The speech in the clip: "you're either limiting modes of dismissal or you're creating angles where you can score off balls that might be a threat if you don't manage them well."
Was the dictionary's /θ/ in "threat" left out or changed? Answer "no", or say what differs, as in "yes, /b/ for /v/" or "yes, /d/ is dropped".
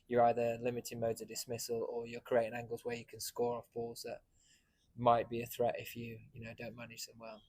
no